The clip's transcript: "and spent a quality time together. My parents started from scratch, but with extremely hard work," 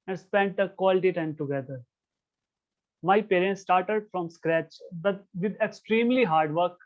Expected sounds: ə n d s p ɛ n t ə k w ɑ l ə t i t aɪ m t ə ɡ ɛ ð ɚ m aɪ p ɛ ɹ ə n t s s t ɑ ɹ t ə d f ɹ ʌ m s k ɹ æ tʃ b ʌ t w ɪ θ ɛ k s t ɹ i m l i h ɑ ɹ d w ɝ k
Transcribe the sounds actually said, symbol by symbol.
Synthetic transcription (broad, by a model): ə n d s p ɛ n t ə k w ɑ l ə t i t aɪ m t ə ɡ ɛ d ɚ m aɪ p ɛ ɹ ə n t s s t ɑ ɹ t ə d f ɹ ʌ m s k ɹ æ tʃ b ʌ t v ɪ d ɛ k s t ɹ i m l i h ɑ ɹ d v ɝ k